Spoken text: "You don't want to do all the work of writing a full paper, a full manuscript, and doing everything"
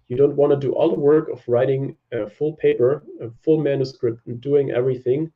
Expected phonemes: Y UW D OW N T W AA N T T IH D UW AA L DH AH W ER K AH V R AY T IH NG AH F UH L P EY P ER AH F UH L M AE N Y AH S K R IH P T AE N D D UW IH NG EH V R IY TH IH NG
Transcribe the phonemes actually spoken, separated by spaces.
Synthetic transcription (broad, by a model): Y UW D OW N T W AA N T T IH D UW AA L DH AH W ER K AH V R AY T IH NG AH F UH L P EY P ER AH F UH L M AE N Y AH S K R IH P T N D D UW IH NG EH V R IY TH IH NG